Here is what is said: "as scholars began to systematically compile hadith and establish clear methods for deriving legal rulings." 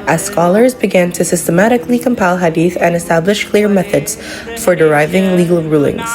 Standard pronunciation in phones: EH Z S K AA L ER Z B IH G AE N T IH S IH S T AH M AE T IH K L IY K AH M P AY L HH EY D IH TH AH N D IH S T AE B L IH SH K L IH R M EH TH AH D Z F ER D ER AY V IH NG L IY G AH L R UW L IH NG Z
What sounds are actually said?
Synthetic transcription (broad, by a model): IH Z S K AA L ER Z B IH G AE N T IH S IH S T AH M AE T IH K L IY K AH M P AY L HH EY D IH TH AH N IH S T AE B L IH SH K L IH R M EH TH AH D Z F ER D ER AY V IH NG L IY G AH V R UW L IH NG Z